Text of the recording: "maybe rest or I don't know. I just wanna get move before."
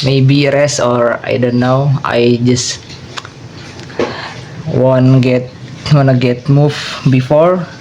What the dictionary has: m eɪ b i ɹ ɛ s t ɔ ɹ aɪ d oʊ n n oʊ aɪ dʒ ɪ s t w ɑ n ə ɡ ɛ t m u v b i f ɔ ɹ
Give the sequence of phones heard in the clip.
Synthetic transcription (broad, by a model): m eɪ b i ɹ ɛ s ɔ ɹ aɪ d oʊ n n oʊ aɪ dʒ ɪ s t w ɑ n ə ɡ ɛ t m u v b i f ɔ ɹ